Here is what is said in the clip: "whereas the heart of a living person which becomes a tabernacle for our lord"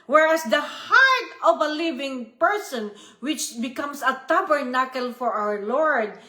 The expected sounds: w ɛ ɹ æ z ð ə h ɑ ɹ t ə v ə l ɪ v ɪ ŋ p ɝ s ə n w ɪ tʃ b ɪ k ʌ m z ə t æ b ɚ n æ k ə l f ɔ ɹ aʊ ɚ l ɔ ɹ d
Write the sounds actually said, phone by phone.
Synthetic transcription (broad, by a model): w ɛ ɹ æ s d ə h ɑ ɹ t ə v ə l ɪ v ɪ ŋ p ɝ s ə n w ɪ tʃ b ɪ k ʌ m s ə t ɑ b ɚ n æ k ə l f ɔ ɹ aʊ ɚ l ɔ ɹ d